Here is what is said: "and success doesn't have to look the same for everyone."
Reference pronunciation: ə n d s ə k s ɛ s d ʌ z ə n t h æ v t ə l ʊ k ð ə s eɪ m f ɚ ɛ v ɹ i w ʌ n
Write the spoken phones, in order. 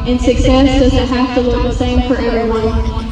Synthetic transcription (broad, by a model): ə n s ə k s ɛ s d ʌ z ə n t h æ f t ə l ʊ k ð ə s eɪ m f ɚ ɛ v ɹ i w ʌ n